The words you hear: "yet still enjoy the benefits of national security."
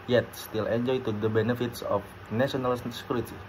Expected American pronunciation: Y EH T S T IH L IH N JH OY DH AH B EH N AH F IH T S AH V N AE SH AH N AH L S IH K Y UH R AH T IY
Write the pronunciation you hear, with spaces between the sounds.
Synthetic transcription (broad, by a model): Y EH T S T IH L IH N JH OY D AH B EH N AH F IH T S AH F N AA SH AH N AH L S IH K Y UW R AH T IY